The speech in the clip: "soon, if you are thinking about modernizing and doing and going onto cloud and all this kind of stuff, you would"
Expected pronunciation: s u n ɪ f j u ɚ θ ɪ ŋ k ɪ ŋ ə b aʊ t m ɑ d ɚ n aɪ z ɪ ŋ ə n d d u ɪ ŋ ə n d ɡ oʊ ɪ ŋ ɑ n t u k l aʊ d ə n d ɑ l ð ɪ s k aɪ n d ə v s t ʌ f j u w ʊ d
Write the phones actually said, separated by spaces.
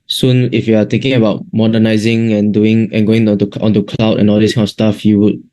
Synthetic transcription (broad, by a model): s u n ɪ f j u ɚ t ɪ ŋ k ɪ ŋ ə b aʊ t m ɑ d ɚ n aɪ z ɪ ŋ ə n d d u ɪ ŋ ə n ɡ oʊ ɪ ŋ ɑ n t u k l aʊ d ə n ɑ l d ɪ s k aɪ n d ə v s t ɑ f j u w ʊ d